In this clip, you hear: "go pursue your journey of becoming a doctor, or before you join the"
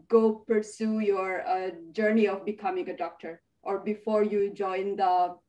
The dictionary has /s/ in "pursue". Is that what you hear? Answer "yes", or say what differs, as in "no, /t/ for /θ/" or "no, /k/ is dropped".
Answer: yes